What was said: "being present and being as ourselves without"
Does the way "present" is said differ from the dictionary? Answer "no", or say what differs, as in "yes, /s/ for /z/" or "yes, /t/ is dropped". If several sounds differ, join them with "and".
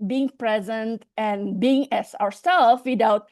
no